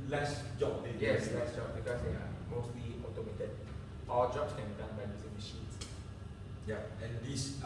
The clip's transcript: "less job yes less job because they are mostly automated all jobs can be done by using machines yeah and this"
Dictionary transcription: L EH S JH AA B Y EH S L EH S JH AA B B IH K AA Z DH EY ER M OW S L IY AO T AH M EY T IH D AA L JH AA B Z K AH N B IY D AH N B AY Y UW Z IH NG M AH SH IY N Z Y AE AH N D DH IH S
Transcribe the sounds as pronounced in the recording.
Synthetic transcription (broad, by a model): L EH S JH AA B Y EH S L EH S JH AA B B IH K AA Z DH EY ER M OW S L IY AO T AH M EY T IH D AA L JH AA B S K AH N B IY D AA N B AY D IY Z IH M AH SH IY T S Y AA AH N D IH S